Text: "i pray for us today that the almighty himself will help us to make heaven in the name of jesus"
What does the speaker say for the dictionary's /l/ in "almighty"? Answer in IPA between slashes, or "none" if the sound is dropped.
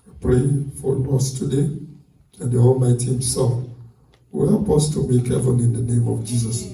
/l/